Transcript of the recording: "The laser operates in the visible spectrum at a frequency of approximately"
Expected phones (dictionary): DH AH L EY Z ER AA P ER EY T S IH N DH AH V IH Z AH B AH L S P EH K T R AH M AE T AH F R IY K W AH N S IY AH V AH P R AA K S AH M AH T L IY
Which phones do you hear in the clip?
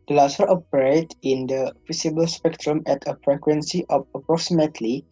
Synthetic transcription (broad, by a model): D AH L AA S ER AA P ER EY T IH N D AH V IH S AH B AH L S P EH K T R AH M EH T AH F R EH K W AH N S IY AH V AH P R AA K S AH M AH T L IY